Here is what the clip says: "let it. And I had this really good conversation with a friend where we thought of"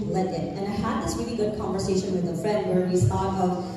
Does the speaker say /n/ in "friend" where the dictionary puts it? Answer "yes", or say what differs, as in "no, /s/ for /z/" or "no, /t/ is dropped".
no, /n/ is dropped